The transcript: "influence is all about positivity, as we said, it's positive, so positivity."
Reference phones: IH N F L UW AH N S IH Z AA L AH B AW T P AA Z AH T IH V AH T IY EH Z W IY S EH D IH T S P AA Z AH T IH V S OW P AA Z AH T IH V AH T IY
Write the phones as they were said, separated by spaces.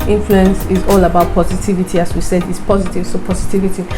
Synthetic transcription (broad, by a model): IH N F L UW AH N S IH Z AA L AH B AW T P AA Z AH T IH V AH T IY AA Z W IY S EH D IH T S P AA Z AH T IH V S OW P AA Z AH T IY V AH T IY